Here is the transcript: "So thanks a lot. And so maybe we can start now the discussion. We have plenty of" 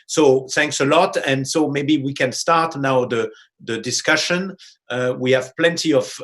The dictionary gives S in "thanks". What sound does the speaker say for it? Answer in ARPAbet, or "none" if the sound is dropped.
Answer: S